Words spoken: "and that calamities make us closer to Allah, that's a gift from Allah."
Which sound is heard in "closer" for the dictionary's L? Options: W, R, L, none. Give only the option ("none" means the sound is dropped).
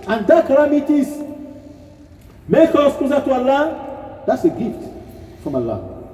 none